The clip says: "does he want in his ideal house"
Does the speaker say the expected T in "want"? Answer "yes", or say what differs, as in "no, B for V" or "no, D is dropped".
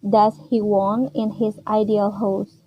no, T is dropped